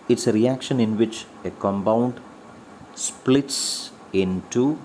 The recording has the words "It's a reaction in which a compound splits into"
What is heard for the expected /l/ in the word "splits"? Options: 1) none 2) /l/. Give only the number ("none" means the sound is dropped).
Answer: 2